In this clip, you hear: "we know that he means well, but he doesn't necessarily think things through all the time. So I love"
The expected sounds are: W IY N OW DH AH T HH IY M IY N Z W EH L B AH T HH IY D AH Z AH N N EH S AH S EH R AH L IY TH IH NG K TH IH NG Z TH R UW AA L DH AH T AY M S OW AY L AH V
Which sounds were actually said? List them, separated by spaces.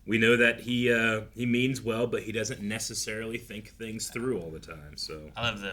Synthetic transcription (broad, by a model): W IY N OW DH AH T HH IY M IY N Z W EH L B AH T HH IY D AH Z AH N N EH S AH S EH R L IY TH IH NG K TH IH NG Z TH R UW AA L DH AH T AY M S OW AY L AH V